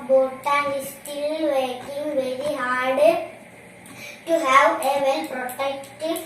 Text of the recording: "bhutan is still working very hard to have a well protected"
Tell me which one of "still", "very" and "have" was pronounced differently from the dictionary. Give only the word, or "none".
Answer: none